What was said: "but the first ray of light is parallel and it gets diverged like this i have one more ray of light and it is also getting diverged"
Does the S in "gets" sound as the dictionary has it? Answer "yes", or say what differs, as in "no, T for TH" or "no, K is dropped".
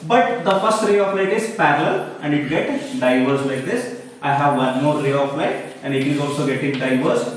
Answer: no, S is dropped